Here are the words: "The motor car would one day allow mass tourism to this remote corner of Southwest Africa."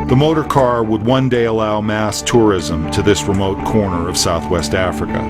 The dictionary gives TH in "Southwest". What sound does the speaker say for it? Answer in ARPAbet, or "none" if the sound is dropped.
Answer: TH